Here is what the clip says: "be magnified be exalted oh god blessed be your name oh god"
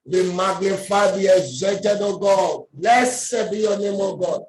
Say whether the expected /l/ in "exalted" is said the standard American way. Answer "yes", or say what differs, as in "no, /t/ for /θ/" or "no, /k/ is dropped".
no, /l/ is dropped